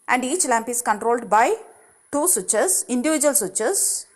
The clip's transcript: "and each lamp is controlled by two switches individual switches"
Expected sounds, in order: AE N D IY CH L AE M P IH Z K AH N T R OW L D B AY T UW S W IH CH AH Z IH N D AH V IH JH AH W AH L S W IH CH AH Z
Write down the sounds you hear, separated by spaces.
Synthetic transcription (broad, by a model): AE N D IY CH L AE M P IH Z K AH N T R OW L D B AY T UW S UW CH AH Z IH N D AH V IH JH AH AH L S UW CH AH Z